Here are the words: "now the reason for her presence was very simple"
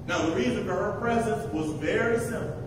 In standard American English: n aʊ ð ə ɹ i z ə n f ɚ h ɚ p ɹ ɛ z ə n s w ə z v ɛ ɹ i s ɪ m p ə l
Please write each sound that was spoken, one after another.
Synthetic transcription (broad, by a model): n aʊ ð ə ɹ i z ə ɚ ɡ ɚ p ɹ ɛ z ə n s w ə z v ɛ ɹ i s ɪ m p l